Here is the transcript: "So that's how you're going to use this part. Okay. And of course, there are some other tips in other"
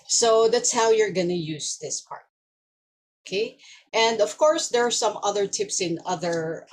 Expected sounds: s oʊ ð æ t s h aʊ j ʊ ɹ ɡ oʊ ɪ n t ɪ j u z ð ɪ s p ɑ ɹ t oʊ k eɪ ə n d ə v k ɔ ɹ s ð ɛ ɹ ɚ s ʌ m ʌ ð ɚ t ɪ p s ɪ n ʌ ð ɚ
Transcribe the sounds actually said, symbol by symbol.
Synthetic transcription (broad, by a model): s oʊ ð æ t s h aʊ j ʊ ɹ ɡ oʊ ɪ n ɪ j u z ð ɪ s p ɑ ɹ t oʊ k eɪ ə n d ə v k ɔ ɹ s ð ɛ ɹ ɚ s ʌ m ʌ ð ɚ t ɪ p s ɪ n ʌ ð ɚ